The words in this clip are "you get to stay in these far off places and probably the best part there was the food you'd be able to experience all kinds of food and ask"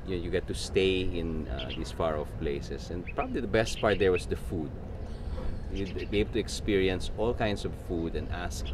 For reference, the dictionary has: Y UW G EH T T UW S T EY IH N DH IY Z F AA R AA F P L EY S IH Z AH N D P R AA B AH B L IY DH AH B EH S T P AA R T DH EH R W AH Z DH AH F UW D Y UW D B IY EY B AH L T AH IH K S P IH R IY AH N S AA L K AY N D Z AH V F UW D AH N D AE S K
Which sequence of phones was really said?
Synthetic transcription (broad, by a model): Y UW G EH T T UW S T EY IH N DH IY S F AA R AA F P L EY S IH S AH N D P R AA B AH B L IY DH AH B EH S T P AA R T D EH R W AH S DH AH F UW D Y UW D B IY EY B AH L T AH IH K S P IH R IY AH N S AA L K AY N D S AH V F UW D AH N D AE S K